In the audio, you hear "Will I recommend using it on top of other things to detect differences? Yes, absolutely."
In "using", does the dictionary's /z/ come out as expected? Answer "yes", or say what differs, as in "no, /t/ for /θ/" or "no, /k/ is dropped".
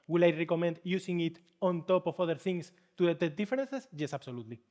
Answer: no, /s/ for /z/